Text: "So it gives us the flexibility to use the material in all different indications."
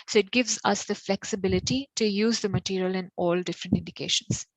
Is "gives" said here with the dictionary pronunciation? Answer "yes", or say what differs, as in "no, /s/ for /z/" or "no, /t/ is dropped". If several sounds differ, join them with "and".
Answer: yes